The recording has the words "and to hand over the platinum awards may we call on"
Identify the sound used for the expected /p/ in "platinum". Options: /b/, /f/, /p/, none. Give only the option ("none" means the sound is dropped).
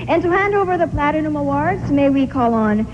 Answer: /p/